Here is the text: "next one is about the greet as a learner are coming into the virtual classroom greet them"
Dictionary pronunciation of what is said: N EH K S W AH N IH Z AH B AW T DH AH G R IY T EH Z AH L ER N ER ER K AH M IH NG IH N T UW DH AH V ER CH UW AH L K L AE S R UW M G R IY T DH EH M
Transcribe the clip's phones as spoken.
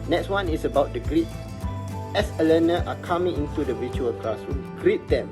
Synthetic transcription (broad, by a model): N EH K S W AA N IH S AH B AW T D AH G R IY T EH S AH L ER N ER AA K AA M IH NG IH N T UW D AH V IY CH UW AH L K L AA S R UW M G R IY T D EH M